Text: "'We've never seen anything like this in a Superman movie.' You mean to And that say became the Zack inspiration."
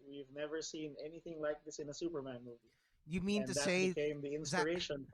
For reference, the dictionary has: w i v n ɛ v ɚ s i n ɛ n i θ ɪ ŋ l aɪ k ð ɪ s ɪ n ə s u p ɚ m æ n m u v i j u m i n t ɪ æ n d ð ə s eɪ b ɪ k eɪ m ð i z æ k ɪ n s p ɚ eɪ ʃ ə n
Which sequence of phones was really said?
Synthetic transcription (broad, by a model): w i v n ɛ v ɚ s i n ɛ n i θ ɪ ŋ l aɪ k ð ɪ s ɪ n ə s u p ɚ m æ n m u v i j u m i n t ɪ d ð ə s eɪ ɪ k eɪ m ð i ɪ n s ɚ eɪ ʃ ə n